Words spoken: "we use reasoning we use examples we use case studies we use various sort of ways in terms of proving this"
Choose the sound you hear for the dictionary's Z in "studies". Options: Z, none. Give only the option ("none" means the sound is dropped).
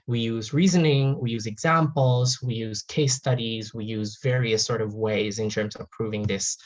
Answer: Z